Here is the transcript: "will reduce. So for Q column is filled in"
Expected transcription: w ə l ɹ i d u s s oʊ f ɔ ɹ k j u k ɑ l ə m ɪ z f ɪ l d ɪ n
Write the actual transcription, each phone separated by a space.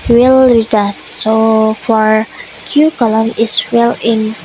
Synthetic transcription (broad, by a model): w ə l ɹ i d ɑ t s oʊ f ɔ ɹ k j u k ɑ l ə m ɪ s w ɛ l ɪ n